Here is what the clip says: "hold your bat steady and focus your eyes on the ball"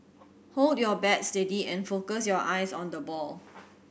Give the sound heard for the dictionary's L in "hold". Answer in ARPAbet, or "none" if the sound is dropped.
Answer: L